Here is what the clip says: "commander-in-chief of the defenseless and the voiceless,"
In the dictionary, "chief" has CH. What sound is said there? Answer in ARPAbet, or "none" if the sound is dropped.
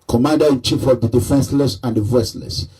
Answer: CH